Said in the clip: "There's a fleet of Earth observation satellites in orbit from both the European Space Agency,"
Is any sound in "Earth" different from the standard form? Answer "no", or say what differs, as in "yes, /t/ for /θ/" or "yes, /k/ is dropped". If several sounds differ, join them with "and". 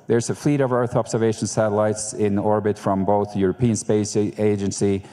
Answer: no